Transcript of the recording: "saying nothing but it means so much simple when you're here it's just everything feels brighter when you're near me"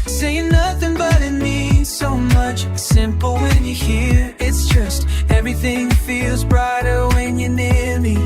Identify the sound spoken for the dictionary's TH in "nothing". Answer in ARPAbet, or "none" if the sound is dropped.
TH